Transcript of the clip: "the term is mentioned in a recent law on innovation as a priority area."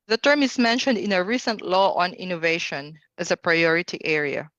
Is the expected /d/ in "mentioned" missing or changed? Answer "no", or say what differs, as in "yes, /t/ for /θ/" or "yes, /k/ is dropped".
no